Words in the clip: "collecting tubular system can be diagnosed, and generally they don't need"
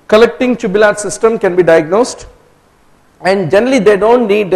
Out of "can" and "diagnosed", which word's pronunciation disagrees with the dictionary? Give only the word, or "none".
none